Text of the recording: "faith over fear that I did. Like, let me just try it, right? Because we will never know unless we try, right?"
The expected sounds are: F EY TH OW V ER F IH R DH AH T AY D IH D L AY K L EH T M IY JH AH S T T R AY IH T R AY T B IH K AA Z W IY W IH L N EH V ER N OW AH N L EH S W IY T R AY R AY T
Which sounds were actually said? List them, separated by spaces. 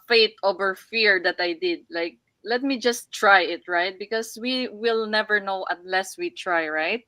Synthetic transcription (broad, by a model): F EY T OW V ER F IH R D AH T AY D IH D L AY K L EH T M IY JH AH S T T R AY IH T R AY T B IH K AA S W IY W IH L N EH V ER N OW AH N L EH S W IY T R AY R AY T